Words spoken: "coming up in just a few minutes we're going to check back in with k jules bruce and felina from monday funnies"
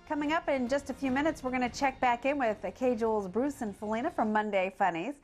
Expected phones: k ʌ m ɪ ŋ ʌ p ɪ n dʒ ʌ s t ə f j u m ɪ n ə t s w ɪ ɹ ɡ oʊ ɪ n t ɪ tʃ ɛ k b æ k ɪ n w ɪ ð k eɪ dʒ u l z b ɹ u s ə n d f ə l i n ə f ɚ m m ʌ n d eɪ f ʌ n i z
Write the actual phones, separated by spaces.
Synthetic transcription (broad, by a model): k ʌ m ɪ ŋ ʌ p ɪ n dʒ ʌ s t ə f j u m ɪ n ə t s w ɪ ɹ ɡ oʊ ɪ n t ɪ tʃ ɛ k b æ k ɪ n w ɪ ð k eɪ dʒ u l z b ɹ u s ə n f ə l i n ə f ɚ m m ʌ n d eɪ f ʌ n i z